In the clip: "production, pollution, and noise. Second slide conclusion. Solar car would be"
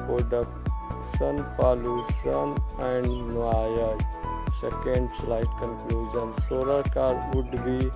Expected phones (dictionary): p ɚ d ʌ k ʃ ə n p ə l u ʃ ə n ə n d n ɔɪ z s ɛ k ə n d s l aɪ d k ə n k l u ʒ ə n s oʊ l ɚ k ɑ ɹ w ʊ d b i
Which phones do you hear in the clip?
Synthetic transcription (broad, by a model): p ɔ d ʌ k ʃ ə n p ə l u s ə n ə n d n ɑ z s ɛ k ə n d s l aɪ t k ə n k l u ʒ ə n s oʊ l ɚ k ɑ ɹ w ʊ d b i